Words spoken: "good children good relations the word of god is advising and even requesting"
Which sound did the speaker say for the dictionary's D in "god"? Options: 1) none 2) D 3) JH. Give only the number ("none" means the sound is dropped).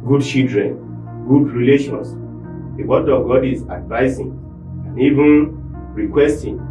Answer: 2